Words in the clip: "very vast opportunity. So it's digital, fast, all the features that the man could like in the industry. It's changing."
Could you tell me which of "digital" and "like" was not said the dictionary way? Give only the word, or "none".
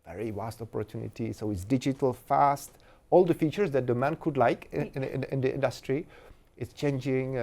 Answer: none